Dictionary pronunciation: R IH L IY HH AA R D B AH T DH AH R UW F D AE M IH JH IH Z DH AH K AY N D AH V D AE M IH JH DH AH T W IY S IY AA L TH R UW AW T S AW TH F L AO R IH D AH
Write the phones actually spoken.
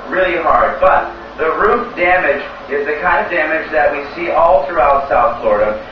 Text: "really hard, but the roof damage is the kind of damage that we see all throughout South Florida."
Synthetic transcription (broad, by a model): R IH L IY HH AA R D B AH T DH AH R UW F D AE M IH JH IH Z DH AH K AY N D AH V D AE M IH JH DH AH T W IY S IY AA L TH R UW AW T S AW TH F L AO R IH D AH